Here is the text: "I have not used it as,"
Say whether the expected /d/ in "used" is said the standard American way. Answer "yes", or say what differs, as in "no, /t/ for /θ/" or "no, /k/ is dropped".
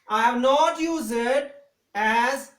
no, /d/ is dropped